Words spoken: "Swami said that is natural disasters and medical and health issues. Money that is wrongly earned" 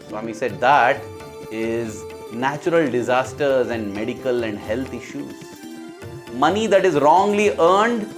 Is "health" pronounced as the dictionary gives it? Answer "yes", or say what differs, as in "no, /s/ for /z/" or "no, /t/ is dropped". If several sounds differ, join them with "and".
no, /t/ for /θ/